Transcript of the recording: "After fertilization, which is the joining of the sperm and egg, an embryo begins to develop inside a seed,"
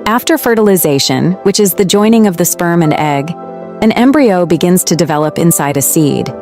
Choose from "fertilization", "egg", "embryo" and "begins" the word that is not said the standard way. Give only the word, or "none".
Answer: none